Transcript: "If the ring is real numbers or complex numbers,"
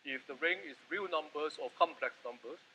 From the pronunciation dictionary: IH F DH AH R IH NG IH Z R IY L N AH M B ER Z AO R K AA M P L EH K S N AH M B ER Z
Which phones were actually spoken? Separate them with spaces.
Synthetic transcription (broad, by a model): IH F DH AH R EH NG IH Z R IY L N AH M B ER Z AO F K AA M P L EH K S N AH M B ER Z